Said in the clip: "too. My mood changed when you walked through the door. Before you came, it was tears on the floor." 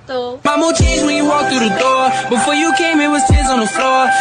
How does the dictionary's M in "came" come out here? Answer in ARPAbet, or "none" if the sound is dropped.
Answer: M